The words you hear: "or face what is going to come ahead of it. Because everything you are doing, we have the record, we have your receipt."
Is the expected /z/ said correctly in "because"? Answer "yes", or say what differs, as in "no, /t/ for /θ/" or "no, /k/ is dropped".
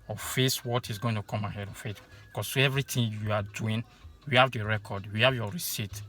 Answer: no, /z/ is dropped